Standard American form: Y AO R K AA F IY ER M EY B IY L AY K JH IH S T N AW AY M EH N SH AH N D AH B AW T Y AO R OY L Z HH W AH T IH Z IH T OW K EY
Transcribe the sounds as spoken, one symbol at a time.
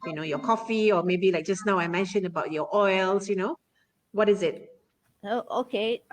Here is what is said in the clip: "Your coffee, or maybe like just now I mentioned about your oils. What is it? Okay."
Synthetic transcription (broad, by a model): Y AO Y K AA F IY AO M EY B IY L AY K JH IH S N AW AY M EH N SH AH N AH B AW T Y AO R OY L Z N W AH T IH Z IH T OW K EY